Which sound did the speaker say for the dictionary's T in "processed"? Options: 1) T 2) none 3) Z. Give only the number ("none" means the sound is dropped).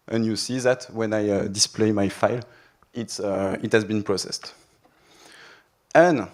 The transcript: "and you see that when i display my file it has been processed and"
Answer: 1